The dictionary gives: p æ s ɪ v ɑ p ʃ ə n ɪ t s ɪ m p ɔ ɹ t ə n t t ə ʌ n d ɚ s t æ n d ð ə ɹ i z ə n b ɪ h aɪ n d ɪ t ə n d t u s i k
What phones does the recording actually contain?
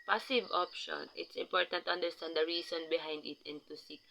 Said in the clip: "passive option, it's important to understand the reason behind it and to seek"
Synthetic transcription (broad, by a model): p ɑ s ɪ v ɑ p ʃ ə n ɪ t s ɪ m p ɔ ɹ t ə n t t ə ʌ n d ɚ s t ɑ n d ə ɹ i s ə n b ɪ h aɪ n d ɪ t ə n t u s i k